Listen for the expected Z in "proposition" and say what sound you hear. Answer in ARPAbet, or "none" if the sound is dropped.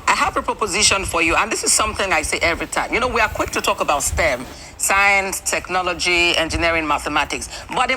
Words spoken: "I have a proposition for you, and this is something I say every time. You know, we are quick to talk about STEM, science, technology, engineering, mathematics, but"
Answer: Z